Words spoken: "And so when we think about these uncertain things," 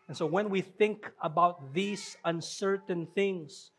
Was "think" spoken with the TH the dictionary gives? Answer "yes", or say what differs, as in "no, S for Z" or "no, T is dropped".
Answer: yes